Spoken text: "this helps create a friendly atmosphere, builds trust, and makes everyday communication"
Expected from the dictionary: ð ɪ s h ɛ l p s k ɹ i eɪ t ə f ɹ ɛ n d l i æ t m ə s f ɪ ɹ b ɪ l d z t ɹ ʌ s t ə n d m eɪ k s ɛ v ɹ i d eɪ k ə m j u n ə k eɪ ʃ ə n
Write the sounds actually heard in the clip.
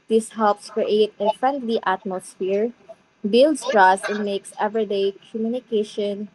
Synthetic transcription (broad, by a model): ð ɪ s h ɛ l p s k ɹ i eɪ t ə f ɹ ɛ n d l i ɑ t m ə s f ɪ ɹ b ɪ l d s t ɹ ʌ s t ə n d m eɪ k s ɛ v ɹ i d eɪ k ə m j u n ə k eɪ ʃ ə n